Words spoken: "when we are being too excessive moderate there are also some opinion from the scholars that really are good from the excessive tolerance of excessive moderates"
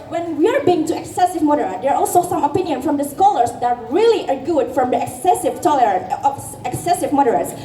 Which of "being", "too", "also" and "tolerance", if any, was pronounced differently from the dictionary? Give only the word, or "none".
tolerance